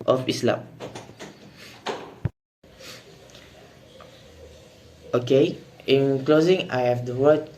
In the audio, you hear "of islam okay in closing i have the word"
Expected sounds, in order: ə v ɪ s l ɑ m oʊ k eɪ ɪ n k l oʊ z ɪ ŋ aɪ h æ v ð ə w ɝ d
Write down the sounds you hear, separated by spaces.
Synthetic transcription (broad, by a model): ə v ɪ s l ɑ m oʊ k eɪ ɪ n k l oʊ z ɪ ŋ aɪ h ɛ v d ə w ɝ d